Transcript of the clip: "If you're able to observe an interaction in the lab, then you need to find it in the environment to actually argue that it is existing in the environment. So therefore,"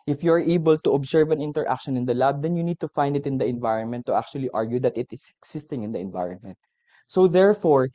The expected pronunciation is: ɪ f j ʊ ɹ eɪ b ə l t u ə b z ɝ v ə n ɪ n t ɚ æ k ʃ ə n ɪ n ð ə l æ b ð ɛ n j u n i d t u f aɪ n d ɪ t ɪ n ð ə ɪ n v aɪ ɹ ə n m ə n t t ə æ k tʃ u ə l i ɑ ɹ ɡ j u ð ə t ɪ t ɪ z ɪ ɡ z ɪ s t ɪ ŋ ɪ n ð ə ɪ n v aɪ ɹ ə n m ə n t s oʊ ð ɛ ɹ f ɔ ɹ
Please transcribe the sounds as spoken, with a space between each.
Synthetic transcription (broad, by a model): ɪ f j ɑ ɹ eɪ b ə l t u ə b s ɝ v ə n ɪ n t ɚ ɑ k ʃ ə n ɪ n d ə l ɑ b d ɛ n j u n i d t u f aɪ n d ɪ t ɪ n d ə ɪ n v aɪ ɹ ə n m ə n t t ə k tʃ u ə l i ɑ ɹ ɡ j u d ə t ɪ t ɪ s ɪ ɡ s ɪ s t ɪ ŋ ɪ n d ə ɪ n v aɪ ɹ n m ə n t s oʊ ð ɛ ɹ f ɔ ɹ